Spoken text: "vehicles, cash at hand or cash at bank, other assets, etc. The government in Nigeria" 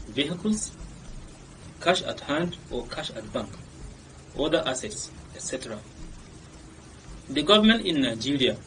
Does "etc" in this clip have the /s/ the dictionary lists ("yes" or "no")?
yes